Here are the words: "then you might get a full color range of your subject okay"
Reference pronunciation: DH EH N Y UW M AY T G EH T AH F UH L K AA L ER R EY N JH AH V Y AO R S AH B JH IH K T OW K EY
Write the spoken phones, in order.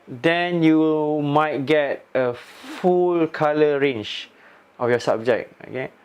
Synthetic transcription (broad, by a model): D EH N Y UW M AY T G EH T AH F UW L K AA L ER R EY N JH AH F Y AO S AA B JH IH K OW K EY